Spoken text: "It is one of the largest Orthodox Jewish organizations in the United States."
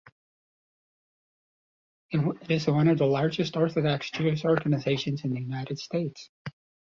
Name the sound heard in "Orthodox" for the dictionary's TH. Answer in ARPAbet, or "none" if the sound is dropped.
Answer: TH